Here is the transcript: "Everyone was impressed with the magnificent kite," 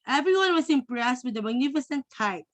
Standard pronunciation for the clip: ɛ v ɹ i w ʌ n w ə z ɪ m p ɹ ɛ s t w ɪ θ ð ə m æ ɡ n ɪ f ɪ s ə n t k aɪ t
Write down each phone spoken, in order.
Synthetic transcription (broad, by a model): ɛ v ɹ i w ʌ n w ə s ɪ m p ɹ ɛ s t w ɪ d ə m æ ɡ n ɪ f ɪ s ə n t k aɪ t